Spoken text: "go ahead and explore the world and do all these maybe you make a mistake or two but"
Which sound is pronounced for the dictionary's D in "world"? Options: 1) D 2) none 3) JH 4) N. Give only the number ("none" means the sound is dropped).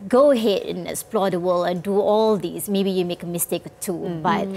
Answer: 2